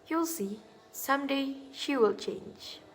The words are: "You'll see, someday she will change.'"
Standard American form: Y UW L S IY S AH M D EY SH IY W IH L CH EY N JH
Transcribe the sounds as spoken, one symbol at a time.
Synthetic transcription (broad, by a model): Y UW L S IY S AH M D EY SH IY W IH L CH EY N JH